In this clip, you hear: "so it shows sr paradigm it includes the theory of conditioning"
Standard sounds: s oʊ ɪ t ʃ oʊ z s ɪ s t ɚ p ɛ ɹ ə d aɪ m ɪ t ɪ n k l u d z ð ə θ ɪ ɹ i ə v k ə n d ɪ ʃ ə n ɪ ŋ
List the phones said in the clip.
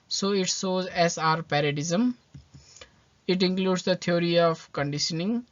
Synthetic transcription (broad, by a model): s oʊ ɪ t s oʊ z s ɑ t p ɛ ɹ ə d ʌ m ɪ t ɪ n k l u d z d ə t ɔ ɹ i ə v k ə n d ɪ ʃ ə n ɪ ŋ